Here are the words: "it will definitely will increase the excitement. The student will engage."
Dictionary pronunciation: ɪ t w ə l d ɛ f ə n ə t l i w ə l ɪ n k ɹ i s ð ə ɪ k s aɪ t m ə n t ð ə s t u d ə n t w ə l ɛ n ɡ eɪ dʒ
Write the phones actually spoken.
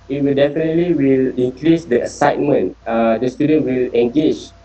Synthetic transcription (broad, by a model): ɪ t w ə l d ɛ f ə n ə t l i w ə l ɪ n k ɹ i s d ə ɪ s aɪ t m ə n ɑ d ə s t u d ə n t w ə l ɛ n ɡ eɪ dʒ